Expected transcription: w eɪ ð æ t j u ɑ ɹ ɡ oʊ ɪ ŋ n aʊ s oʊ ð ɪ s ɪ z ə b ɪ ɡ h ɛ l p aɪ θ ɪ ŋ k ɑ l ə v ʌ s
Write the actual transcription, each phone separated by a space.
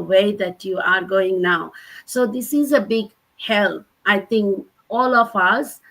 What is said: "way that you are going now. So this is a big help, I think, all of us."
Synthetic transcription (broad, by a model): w eɪ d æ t j u ɑ ɹ ɡ oʊ ɪ ŋ n aʊ s oʊ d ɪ s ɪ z ə b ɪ ɡ h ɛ l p aɪ t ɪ ŋ k ɑ l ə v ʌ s